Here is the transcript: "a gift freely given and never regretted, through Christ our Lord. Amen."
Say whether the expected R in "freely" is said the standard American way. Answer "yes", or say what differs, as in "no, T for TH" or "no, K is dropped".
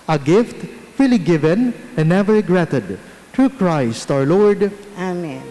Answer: no, R is dropped